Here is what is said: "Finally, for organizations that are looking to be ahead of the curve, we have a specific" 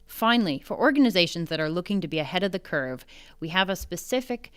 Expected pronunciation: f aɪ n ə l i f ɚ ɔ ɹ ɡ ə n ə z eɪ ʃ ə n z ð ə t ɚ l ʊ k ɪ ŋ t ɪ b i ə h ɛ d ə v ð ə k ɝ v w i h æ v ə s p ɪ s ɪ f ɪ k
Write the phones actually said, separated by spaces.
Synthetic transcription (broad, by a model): f aɪ n l i f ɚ ɔ ɹ ɡ ə n ə z eɪ ʃ ə n z ð ə t ɚ l ʊ k ɪ ŋ t ɪ b i ə h ɛ d ə v ð ə k ɝ v w i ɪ v ə s p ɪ s ɪ f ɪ k